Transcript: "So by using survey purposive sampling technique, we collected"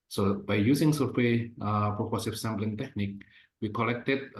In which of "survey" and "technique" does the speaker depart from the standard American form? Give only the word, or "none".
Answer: survey